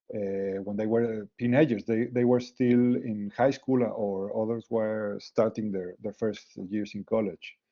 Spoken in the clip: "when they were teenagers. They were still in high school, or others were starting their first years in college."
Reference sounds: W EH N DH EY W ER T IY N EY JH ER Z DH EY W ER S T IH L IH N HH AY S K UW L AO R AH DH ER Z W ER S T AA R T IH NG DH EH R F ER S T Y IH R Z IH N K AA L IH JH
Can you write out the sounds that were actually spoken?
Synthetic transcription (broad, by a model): W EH N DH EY W ER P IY N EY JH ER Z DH EY W ER S T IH L IH N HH AY S K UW L AO R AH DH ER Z W ER S T AA R T IH NG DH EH R F ER S T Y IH R S IH N K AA L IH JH